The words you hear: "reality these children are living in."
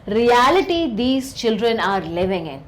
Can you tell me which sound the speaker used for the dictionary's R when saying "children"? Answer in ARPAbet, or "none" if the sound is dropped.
R